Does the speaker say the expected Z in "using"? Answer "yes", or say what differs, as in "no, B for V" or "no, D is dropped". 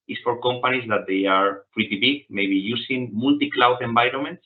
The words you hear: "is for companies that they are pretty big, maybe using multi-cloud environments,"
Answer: no, S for Z